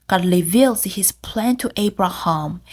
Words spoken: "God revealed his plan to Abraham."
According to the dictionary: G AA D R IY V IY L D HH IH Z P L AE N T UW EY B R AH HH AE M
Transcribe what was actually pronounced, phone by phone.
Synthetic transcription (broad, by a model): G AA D L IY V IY L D HH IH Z P L AE N T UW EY B R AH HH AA M